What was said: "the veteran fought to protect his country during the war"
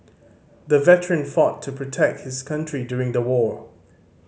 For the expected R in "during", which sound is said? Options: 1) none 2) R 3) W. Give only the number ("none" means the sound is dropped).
2